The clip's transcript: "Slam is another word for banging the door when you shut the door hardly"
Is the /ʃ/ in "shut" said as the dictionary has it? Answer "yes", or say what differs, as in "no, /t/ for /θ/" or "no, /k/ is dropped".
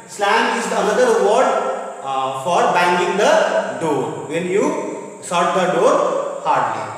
no, /s/ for /ʃ/